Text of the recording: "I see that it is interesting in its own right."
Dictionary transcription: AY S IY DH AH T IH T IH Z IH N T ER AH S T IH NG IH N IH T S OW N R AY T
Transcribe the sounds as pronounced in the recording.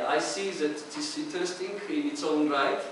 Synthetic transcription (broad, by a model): AY S IY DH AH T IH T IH S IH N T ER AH S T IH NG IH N IH T S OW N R AY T